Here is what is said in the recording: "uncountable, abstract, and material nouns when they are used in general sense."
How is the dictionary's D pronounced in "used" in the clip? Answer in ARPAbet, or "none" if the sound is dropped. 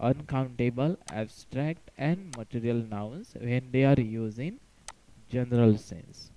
none